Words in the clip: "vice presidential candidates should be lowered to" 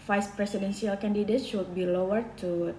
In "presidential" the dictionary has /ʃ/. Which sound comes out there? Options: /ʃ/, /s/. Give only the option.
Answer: /s/